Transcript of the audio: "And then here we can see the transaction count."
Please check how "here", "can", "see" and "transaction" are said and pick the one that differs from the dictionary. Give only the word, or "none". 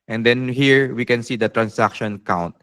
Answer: transaction